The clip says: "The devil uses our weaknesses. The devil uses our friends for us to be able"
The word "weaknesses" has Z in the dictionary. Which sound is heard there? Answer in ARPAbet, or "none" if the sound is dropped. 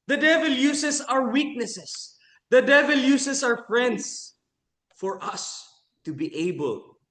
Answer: S